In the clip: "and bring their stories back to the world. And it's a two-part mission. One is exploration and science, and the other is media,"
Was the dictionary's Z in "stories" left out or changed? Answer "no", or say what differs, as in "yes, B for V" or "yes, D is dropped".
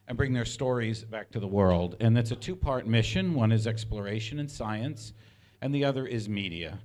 no